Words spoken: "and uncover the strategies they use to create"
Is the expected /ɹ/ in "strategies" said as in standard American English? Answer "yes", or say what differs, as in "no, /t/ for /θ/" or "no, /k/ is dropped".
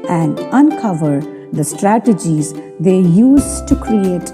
yes